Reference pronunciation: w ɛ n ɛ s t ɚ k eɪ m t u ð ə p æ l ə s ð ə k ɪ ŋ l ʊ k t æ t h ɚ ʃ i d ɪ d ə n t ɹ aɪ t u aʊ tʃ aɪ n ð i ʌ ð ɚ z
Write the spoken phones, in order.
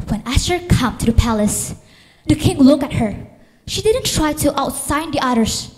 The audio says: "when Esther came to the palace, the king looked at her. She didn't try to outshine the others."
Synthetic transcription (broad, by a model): w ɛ n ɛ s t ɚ k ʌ m t u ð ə p æ l ə s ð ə k ɪ ŋ l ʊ k æ t h ɚ ʃ i d ɪ d ə n t ɹ aɪ t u aʊ s aɪ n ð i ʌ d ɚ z